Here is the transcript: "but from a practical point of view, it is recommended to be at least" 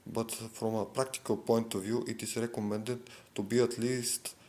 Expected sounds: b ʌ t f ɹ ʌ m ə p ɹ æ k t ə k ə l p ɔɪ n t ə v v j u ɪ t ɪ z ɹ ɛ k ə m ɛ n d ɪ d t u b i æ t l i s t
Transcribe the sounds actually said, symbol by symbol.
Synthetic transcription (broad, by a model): b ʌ t f ɹ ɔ m ə p ɹ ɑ k t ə k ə l p ɔɪ n t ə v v j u ɪ t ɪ s ɹ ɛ k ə m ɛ n d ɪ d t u b i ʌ t l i s t